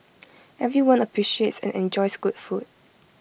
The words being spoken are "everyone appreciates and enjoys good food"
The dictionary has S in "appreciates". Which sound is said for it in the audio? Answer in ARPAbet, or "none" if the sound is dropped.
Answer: S